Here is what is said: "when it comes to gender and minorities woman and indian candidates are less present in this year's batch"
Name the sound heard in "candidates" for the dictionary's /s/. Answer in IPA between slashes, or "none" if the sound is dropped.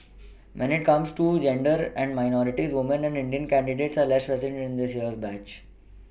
/s/